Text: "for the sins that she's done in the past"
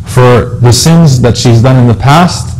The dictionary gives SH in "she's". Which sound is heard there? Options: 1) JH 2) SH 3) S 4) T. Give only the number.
2